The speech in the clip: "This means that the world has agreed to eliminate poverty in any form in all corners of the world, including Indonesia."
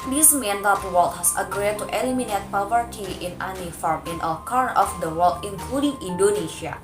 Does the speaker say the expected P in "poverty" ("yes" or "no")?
yes